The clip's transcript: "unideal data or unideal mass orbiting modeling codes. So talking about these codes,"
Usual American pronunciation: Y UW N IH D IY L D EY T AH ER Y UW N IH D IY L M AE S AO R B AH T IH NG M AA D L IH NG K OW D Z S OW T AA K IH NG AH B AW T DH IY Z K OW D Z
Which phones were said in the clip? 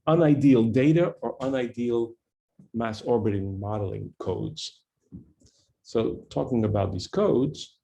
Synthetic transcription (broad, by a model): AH N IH D IY L D EY T AH ER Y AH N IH D IY L M AE S AO R B AH T IH NG M AA D L IH NG K OW D Z S OW T AA K IH NG AH B AW T DH IY Z K OW D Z